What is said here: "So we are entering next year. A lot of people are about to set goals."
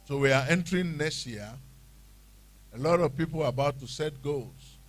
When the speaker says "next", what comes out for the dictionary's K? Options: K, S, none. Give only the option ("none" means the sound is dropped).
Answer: none